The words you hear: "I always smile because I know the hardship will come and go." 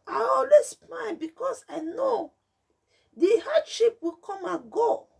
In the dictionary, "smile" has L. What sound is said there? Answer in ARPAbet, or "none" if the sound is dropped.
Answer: N